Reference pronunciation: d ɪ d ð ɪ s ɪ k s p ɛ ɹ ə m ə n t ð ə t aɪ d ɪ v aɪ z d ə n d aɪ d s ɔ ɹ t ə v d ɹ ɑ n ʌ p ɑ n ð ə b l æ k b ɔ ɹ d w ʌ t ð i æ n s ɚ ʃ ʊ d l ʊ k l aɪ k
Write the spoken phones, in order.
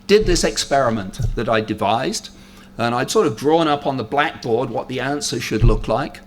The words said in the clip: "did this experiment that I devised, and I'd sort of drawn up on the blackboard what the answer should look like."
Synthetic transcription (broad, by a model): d ɪ d ð ɪ s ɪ k s p ɛ ɹ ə m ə n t ð ə t aɪ d ɪ v aɪ z d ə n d aɪ d s ɔ ɹ t ə v d ɹ ɑ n ʌ p n ð ə b l æ k b ɔ ɹ d w ʌ t ð i æ n s ɚ ʃ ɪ d l ʊ k l aɪ k